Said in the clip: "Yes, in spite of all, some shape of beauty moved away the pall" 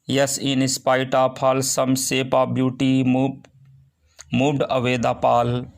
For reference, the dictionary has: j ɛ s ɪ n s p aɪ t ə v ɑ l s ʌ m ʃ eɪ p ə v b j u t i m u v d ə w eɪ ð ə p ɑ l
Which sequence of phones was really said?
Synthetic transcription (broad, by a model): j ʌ s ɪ n s p aɪ t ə p ɑ l s ʌ m s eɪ p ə b j u t i m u d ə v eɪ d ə p ɑ l